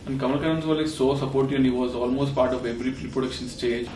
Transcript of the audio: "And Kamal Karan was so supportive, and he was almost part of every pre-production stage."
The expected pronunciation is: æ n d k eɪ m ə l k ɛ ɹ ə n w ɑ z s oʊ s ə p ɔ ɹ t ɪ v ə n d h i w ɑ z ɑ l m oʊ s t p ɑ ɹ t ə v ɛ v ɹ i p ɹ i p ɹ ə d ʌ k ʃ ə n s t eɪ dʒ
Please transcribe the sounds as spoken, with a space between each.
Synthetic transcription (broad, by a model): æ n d k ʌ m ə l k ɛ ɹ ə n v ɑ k s oʊ s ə p ɔ ɹ t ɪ ə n h i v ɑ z ɑ l m oʊ s t p ɑ ɹ t ə v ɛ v ɹ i p ɹ i p ɹ ə d ʌ k ʃ ə n s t eɪ dʒ